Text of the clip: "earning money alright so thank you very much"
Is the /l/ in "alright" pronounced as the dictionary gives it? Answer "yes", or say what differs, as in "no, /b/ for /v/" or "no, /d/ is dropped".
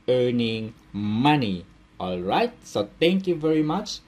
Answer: yes